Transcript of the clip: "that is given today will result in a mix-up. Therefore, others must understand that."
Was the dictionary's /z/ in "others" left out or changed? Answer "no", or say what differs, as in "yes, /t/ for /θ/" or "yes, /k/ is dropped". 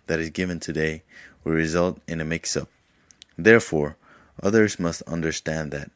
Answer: no